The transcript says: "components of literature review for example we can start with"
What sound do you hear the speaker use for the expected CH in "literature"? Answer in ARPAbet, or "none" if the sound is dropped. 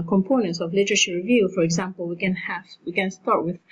SH